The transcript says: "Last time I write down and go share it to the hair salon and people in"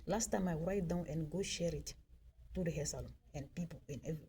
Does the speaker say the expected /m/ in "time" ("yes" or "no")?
yes